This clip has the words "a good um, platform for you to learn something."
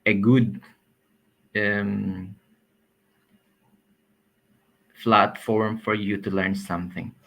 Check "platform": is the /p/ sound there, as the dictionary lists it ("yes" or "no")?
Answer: no